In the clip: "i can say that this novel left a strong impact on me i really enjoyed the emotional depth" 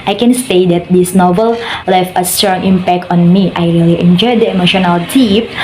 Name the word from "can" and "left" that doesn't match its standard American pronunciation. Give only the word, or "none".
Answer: left